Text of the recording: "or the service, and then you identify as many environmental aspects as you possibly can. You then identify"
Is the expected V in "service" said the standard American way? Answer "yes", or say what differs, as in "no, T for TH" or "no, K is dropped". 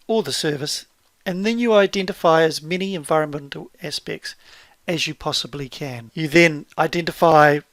yes